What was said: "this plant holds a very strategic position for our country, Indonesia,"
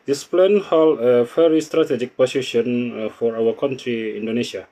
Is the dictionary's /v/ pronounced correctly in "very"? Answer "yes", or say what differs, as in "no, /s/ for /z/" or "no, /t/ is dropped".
no, /f/ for /v/